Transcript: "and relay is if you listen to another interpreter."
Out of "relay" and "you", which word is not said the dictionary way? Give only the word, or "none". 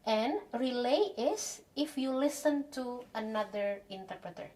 none